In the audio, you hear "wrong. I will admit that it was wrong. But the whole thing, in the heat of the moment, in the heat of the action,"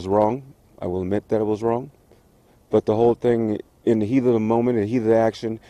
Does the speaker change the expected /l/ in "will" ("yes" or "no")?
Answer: no